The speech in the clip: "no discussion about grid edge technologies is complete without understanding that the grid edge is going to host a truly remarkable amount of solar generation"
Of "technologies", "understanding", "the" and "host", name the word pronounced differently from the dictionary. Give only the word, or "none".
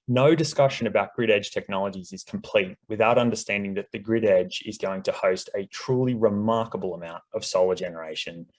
none